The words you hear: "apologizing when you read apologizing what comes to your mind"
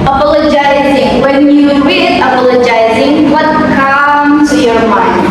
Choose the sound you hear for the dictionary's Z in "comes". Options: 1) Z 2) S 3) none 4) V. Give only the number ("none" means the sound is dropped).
3